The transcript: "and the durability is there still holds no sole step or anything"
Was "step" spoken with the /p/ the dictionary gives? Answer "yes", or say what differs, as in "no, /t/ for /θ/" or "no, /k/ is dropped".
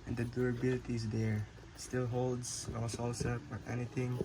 no, /f/ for /p/